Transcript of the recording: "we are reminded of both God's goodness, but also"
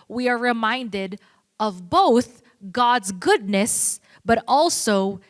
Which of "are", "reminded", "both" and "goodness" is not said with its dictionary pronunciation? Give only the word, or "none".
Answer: none